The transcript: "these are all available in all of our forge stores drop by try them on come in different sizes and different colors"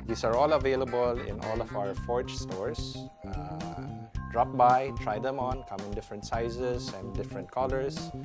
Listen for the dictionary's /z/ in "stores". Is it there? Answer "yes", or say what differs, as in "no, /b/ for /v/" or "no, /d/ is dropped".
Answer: no, /s/ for /z/